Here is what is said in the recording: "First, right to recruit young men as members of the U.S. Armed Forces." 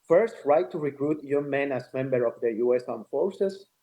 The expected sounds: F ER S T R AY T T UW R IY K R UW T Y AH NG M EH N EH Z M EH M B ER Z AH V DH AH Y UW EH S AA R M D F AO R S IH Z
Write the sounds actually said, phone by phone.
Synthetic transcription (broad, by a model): F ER S T R AY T T UW R IY K R UW T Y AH M EH N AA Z M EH M B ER AH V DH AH Y UW EH S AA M F AO R S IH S